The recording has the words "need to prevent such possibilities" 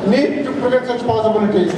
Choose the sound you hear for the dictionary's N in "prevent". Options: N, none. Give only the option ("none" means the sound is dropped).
none